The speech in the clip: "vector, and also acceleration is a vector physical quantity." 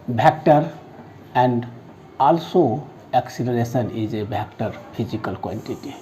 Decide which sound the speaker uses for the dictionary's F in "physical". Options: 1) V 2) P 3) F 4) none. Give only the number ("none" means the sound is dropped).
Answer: 2